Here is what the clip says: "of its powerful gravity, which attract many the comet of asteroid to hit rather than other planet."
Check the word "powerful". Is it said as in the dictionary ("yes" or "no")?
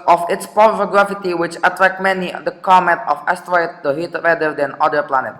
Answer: no